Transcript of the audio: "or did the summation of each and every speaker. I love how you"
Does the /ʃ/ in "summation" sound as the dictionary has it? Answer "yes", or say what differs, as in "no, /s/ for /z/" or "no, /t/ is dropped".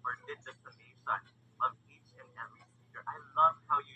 no, /s/ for /ʃ/